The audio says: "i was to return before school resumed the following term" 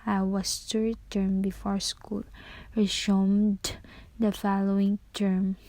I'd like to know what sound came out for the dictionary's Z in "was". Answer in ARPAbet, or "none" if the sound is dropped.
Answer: S